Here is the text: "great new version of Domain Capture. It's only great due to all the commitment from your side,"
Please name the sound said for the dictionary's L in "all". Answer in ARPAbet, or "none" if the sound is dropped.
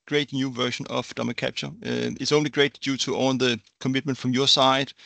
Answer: N